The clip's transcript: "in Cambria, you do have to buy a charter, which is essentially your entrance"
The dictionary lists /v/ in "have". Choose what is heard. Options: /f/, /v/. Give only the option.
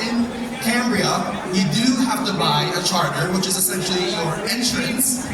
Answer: /f/